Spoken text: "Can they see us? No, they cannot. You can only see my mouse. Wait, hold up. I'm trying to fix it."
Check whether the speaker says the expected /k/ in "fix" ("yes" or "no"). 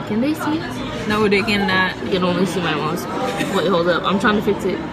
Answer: yes